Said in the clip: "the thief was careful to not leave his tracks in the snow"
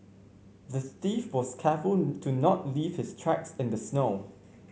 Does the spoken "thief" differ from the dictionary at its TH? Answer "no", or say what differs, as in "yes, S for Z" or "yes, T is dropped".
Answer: yes, T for TH